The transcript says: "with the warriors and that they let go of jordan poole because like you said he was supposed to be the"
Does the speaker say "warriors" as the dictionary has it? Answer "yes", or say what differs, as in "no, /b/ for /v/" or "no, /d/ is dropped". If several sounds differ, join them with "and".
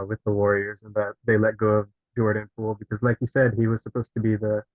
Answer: yes